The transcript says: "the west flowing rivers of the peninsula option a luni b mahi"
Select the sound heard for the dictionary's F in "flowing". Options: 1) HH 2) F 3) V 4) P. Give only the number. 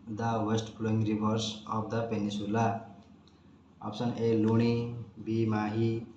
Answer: 4